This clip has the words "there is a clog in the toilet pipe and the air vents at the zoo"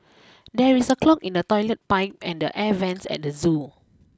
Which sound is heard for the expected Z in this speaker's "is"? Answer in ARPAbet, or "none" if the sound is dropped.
S